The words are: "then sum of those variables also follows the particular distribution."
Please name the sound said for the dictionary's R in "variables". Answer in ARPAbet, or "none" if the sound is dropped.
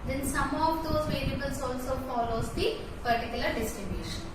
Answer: L